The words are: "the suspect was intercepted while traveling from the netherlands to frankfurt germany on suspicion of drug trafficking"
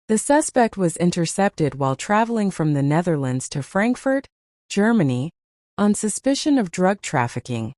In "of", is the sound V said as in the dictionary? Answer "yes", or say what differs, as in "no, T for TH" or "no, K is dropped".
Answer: yes